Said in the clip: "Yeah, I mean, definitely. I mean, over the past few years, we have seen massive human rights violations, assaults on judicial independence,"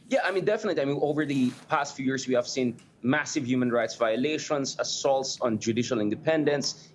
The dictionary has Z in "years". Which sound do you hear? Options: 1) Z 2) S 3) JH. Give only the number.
2